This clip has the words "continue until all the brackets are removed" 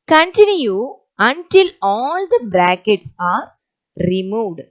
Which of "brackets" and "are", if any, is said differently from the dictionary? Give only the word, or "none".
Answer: none